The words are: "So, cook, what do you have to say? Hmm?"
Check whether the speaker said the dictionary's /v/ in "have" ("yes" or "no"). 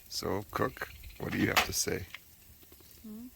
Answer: no